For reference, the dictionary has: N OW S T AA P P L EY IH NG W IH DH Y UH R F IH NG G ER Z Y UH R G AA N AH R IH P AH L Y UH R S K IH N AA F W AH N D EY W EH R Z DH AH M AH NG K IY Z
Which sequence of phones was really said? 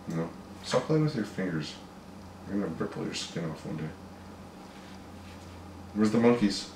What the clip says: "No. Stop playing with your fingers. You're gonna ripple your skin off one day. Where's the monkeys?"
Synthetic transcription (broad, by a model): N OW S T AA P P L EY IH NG W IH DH Y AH R F IH NG G ER Z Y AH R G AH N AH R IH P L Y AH R S K IH N AA F W AH N D EY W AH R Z DH AH M AH NG K IY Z